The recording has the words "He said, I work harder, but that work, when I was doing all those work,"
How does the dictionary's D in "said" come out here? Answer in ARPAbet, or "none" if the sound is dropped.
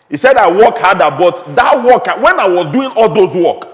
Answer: D